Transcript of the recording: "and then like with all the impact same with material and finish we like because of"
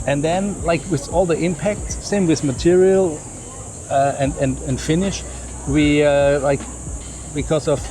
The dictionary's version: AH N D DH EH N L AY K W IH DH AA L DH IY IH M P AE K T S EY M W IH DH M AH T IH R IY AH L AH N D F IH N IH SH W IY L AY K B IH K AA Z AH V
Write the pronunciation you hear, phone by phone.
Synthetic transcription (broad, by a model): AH N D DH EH N L AY K W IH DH AA L DH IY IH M P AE K T S EY M W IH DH M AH T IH R IY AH N AH N D F IH N IH SH W IY L AY K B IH K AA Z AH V